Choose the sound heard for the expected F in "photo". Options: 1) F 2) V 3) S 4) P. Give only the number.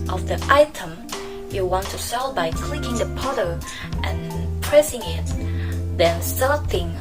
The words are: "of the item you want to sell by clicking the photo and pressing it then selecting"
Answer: 4